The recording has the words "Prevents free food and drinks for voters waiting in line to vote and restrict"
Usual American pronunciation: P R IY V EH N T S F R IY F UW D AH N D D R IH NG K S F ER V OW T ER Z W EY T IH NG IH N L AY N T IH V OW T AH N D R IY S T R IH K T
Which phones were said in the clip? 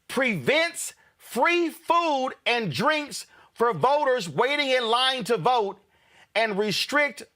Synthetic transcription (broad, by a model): P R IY V EH N T S F R IY F UW D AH N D D R IH NG K S F ER V OW T ER Z W EY T IH NG IH N L AY N T IH V OW T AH N R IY S T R IH K T